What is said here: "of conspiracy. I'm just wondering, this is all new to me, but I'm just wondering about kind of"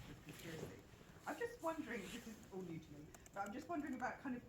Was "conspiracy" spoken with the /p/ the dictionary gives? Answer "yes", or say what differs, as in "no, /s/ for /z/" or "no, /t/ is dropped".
no, /p/ is dropped